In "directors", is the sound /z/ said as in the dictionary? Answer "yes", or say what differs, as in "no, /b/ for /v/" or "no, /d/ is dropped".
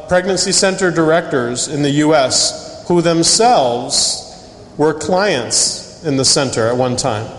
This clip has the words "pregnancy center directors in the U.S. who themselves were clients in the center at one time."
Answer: yes